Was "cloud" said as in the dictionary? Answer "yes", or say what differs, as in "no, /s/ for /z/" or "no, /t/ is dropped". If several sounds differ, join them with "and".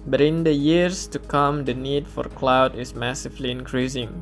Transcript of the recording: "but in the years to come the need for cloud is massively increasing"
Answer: yes